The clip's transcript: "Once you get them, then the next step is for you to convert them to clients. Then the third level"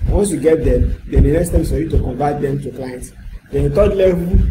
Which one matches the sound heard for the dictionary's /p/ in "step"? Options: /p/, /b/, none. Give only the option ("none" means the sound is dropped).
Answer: none